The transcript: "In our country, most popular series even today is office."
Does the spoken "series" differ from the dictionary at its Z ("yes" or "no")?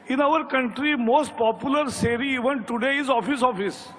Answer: yes